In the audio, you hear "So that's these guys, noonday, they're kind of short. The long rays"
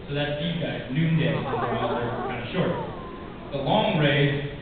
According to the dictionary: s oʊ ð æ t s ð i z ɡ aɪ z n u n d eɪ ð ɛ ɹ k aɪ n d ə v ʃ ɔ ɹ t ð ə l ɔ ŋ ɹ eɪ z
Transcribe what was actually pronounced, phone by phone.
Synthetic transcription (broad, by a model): s oʊ ð æ t s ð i ɡ aɪ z n u n d eɪ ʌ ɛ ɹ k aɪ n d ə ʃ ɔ ɹ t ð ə l ɔ ŋ ɹ eɪ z